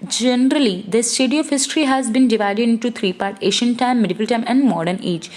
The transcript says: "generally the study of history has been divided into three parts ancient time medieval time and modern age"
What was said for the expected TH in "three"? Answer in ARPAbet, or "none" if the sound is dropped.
T